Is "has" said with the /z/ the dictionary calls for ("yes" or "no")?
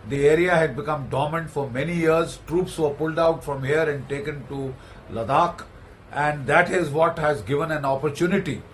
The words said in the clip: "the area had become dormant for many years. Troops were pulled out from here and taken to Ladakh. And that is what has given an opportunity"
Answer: yes